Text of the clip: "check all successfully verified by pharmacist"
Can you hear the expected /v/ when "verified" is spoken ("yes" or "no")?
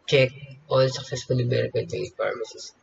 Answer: no